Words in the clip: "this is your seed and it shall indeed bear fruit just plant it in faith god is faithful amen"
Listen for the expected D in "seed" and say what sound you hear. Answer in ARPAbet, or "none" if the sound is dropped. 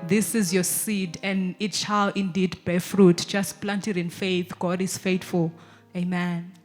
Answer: D